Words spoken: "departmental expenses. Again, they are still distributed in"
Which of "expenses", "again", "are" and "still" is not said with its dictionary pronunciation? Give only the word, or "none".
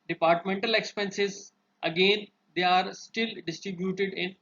none